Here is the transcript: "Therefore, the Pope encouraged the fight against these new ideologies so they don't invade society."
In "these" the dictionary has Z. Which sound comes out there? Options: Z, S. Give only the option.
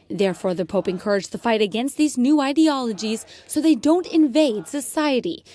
Z